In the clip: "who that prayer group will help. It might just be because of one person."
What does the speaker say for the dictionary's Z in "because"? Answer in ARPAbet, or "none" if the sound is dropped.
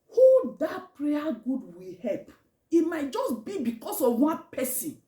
S